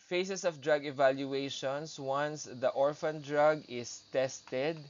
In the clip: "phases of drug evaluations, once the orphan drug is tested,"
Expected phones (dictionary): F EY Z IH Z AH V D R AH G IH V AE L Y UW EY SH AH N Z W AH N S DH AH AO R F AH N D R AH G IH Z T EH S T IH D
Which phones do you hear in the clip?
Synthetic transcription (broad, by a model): F EY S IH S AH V D R AH G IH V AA L Y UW EY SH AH N S W AH N S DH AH AO R F AH N D R AH G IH S T EH S T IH D